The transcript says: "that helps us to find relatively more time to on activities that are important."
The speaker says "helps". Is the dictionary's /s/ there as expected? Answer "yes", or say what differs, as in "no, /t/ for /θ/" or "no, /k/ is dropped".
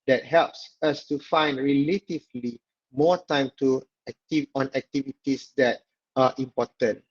yes